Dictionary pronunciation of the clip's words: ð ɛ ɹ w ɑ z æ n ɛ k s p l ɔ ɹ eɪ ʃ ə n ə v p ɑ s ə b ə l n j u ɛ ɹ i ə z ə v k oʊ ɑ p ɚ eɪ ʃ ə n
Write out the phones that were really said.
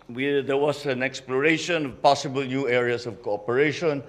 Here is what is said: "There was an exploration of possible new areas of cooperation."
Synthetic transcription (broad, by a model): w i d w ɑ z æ n ɛ k s p l ɔ ɹ eɪ ʃ ə n ə v p ɑ s ə b ə l n j u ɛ ɹ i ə s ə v k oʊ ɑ p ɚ eɪ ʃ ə n